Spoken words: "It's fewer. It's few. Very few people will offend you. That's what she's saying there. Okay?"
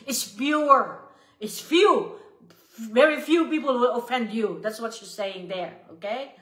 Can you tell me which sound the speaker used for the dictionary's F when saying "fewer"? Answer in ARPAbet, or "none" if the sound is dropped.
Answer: P